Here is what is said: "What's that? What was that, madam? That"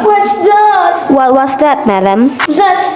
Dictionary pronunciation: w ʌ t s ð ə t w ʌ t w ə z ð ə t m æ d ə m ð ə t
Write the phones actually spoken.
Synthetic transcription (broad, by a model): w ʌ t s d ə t w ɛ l w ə s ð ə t m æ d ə m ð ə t